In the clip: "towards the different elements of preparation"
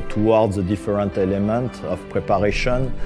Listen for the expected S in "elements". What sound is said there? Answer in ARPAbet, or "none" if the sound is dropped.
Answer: none